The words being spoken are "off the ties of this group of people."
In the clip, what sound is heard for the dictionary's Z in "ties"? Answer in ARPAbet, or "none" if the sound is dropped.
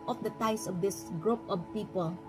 S